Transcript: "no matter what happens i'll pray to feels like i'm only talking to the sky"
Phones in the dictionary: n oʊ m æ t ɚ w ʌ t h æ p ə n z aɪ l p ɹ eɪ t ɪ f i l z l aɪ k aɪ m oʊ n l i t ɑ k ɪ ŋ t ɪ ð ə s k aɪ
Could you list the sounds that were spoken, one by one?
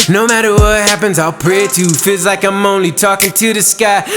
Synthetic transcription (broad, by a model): n oʊ m æ t ɚ w ʌ t h æ p ə n z aɪ l p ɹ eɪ t ɪ f i l z l aɪ k aɪ m oʊ n l i t ɑ k ɪ ŋ t ɪ ð ə s k aɪ